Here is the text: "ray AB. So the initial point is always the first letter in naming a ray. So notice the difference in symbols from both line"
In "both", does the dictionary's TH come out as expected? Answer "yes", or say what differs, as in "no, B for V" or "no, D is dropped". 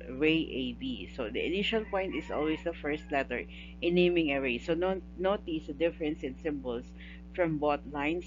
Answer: no, T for TH